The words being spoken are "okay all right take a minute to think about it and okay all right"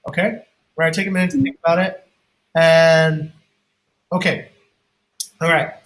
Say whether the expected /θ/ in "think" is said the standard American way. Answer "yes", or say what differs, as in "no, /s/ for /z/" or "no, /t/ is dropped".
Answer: yes